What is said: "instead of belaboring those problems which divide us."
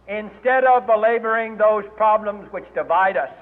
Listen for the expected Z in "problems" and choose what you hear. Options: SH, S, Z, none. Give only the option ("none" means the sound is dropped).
Z